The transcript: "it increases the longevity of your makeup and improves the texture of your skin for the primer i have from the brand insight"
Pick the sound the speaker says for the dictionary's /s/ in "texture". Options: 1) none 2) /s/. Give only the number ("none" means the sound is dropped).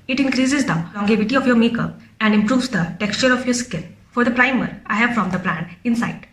2